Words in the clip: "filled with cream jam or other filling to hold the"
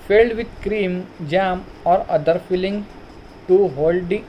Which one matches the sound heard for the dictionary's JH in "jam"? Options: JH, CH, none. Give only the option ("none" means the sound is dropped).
JH